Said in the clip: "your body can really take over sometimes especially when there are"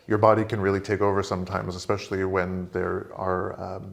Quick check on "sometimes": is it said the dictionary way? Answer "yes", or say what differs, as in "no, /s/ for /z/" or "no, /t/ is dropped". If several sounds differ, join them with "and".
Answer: yes